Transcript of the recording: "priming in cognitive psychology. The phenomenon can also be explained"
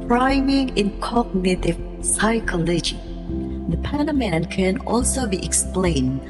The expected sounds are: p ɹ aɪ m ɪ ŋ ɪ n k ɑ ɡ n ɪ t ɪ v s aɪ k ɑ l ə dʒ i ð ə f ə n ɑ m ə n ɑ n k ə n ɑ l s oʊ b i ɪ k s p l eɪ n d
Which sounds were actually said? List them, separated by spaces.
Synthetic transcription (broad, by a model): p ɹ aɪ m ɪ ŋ ɪ n k ɑ ɡ n ɪ t ɪ v s aɪ k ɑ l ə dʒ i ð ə p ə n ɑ m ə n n k ə n ɑ l s oʊ b i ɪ k s p l eɪ n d